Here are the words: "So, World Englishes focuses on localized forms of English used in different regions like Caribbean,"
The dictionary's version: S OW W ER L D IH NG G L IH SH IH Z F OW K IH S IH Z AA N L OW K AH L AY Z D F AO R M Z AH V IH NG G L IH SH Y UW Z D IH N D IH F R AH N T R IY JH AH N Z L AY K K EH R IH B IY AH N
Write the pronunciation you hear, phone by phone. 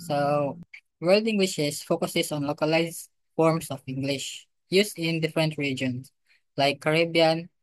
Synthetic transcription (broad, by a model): S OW W ER L D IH NG G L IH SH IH S F OW K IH S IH S AA N L OW K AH L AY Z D F AO R M S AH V IH NG G L IH SH Y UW S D IH N D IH F R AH N T R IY JH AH N S L AY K K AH R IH B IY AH N